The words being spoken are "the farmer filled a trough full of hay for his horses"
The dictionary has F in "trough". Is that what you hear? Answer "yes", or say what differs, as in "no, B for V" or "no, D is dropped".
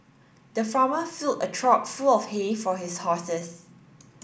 no, P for F